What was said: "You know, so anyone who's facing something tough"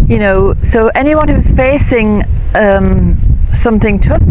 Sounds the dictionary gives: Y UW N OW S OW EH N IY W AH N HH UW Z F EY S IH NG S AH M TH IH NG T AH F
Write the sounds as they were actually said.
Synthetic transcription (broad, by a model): Y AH N OW S OW EH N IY W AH N HH UW Z F EY S IH NG S AH M TH IH NG T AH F